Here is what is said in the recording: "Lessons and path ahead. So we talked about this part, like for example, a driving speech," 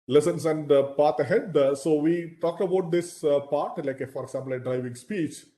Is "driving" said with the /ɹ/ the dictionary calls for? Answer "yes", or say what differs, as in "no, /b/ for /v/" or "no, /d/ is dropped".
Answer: yes